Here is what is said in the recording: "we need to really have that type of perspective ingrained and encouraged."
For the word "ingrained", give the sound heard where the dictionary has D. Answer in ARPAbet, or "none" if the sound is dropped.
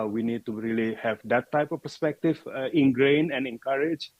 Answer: none